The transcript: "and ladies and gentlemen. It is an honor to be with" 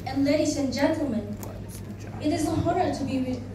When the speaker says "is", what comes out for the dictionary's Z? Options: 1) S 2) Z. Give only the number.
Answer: 2